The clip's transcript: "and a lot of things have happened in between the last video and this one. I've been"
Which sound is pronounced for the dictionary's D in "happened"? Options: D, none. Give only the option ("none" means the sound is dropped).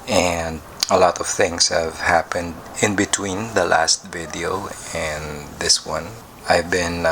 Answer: D